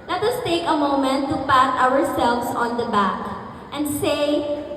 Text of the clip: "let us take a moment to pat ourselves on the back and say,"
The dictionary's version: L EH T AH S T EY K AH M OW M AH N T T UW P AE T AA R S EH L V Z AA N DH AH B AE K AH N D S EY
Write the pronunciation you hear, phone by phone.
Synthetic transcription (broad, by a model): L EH T AH S T EY K AH M OW M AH N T T UW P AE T AA R S EH L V S AA N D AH B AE K AH N D S EY